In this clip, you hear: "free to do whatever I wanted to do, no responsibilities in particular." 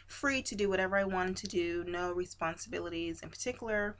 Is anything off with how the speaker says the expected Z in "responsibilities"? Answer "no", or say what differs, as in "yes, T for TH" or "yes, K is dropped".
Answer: no